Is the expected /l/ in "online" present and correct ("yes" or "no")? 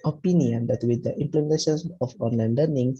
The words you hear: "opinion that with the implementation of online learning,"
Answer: yes